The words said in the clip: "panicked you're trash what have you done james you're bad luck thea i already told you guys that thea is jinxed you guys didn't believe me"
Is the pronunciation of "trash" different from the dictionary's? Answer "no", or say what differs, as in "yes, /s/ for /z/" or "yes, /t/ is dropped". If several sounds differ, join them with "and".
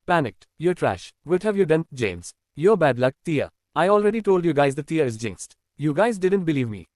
no